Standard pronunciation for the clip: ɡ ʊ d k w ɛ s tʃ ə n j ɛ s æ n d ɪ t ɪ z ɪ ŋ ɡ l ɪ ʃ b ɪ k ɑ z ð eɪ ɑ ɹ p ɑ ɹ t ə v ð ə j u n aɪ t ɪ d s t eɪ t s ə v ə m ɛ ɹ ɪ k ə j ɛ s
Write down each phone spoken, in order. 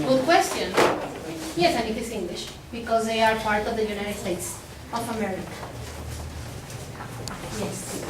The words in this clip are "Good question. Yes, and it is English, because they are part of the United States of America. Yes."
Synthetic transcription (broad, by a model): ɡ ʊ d k w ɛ s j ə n j ɛ s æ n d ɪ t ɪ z ɪ ŋ ɡ l ɪ ʃ b ɪ k ɑ z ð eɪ ɑ ɹ p ɑ ɹ t ə v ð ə j u n aɪ t ɪ d s t eɪ t s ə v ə m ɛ ɹ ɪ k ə j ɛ s